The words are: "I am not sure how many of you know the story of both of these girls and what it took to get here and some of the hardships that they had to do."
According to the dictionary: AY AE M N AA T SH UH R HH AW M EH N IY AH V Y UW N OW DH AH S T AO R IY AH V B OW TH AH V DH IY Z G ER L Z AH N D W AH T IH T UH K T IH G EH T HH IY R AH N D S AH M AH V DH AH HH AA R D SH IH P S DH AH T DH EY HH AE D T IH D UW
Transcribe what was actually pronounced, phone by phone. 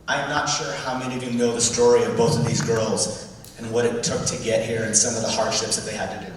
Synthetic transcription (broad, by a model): AY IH M N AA T SH UH R HH AW M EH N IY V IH N OW DH AH S T AO R IY AH V B OW TH AH V DH IY Z G ER L Z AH N W AH T IH T UH K T IH G EH T HH IY R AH N S AH M AH V DH AH HH AA R D SH IH P S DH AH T DH EY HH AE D T IH D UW